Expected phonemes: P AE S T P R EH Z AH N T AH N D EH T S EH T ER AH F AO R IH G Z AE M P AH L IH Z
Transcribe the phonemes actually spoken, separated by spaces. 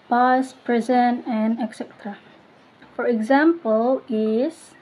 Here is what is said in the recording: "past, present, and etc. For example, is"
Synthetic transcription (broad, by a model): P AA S P R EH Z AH N AH N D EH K S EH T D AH F AO R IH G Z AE M P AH L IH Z